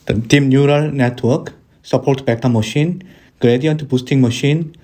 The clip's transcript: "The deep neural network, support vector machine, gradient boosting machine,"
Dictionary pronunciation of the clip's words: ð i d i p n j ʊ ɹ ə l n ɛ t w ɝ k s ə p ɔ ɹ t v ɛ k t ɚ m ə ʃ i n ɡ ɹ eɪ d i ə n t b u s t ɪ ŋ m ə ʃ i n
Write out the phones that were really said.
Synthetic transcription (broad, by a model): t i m n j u ɹ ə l n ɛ t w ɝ k s ə p ɔ ɹ t b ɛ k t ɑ m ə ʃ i n ɡ ɹ eɪ d i ə n t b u s t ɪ ŋ m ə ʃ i n